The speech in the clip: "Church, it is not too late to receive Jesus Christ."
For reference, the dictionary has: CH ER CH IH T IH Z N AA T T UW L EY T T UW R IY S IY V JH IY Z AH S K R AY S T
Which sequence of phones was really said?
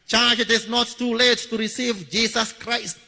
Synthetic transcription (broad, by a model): CH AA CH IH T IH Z N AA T T UW L EY T T UW R IY S IY V JH IY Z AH S K R AY S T